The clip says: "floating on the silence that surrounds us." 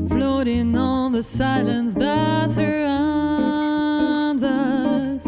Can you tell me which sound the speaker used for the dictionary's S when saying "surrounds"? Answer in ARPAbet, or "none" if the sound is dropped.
TH